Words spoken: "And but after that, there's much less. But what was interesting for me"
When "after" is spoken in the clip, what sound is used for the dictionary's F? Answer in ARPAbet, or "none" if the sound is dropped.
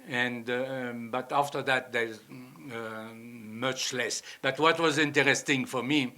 F